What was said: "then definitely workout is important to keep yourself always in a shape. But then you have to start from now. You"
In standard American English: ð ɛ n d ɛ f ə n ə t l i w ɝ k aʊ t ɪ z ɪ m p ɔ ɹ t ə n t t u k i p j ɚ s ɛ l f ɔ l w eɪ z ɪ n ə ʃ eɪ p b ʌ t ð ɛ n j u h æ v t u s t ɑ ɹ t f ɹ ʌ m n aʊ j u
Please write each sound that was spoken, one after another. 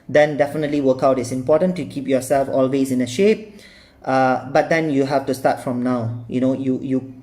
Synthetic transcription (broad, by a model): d ɛ n d ɛ f ə n ə t l i w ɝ k aʊ t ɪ s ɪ m p ɔ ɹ t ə n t t u k i p j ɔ s ɛ l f ɔ l w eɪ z ɪ n ə ʃ eɪ p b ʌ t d ɛ n j u h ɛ f t u s t ɑ t f ɹ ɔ m n aʊ j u